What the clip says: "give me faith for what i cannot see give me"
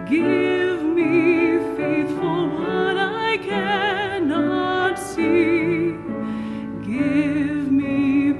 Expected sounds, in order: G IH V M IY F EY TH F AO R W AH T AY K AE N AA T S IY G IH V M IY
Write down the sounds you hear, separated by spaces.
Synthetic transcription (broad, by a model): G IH V M IY F EY TH F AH L W AH T AY K AE N AA T S IY G IH V M IY